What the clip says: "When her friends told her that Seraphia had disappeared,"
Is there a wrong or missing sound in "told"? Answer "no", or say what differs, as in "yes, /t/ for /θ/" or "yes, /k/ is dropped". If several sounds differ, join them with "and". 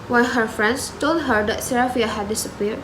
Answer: no